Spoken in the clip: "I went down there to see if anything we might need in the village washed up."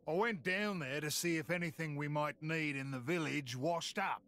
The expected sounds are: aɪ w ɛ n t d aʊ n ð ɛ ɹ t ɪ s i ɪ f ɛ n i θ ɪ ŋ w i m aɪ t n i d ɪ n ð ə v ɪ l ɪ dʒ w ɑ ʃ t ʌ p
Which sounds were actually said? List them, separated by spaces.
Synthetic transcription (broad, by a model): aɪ w ɛ n d aʊ n ð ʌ ɹ t ɪ s i ɪ f ɛ n i θ ɪ ŋ w i m aɪ t n i d ɪ n ð ə v ɪ l ɪ dʒ w ɑ ʃ t ʌ p